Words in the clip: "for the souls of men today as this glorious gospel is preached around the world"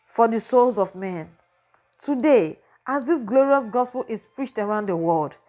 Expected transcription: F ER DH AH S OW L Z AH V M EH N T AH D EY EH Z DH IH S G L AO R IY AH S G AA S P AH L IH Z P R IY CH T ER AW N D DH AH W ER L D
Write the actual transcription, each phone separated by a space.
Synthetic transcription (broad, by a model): F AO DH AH S OW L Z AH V M EH N T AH D EY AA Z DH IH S G L AO R IY AH S G AA S P AH L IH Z P R IY CH T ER AW N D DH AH W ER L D